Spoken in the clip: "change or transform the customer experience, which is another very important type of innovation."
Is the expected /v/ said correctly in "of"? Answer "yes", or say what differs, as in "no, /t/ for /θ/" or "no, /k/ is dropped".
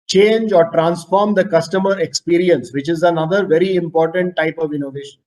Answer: yes